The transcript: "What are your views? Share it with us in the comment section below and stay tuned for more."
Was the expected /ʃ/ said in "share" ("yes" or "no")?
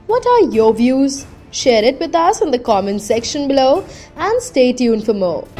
yes